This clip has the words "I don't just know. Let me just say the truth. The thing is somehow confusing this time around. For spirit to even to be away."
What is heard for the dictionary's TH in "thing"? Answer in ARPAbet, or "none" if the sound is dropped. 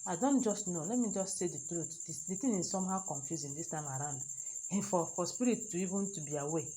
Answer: T